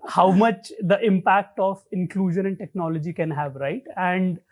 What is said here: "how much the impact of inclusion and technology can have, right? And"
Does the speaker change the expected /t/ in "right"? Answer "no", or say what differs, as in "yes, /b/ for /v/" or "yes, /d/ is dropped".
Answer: no